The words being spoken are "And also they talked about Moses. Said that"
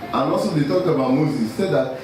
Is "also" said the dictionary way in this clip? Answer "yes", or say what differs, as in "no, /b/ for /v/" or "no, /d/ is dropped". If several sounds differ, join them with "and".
no, /l/ is dropped